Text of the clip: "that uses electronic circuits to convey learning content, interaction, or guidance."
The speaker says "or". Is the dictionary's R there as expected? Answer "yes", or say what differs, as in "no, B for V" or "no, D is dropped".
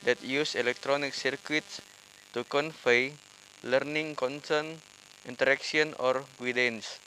yes